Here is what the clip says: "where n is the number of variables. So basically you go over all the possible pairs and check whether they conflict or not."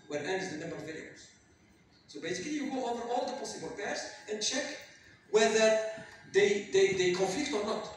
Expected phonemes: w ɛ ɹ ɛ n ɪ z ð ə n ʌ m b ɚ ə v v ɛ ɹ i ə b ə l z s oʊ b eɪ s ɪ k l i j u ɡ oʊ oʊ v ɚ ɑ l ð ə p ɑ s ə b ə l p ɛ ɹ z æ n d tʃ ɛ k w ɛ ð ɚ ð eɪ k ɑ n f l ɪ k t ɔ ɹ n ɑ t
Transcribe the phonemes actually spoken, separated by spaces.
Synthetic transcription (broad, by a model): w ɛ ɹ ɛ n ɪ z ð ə n ʌ m b ɚ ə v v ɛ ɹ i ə ə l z s oʊ b eɪ s ɪ k l i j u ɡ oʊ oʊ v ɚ ɑ l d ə p ɑ s ə b ə l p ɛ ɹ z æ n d tʃ ɛ k w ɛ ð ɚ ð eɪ k ɑ n f l ɪ k t ɔ ɹ n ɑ t